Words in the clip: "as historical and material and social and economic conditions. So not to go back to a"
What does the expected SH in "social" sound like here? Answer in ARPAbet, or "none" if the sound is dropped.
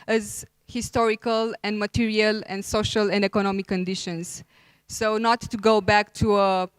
SH